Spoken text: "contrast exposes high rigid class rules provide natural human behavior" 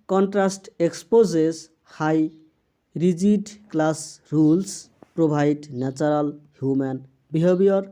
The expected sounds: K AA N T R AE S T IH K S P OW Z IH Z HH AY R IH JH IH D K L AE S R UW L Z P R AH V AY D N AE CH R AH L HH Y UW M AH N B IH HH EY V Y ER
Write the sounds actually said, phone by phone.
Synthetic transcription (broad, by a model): K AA N T R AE S T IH K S P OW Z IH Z HH AY R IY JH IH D K L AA S R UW L S P R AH B AY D N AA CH R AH L HH Y UW M AH N B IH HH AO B Y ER